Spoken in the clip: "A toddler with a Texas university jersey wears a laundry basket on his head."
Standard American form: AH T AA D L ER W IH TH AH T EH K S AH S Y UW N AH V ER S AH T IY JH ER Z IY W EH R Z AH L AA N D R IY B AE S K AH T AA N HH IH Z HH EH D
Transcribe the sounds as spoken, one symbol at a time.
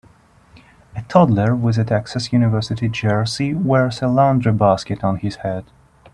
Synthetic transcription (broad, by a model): AH T AA D L ER W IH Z AH T EH K S AH S Y UW N AH V ER S AH T IY JH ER S IY W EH R S AH L AA N D R IY B AE S K AH T N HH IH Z HH EH D